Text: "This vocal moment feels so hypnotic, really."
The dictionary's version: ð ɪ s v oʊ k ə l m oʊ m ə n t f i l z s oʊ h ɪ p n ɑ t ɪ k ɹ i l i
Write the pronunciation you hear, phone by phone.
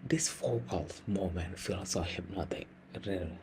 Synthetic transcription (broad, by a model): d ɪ s f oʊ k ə l m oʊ m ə n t f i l s oʊ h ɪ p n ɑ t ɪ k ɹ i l